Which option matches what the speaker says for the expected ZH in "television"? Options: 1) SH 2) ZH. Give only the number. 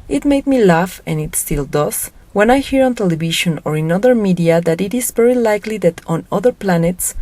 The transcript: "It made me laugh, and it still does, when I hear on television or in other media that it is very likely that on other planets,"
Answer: 1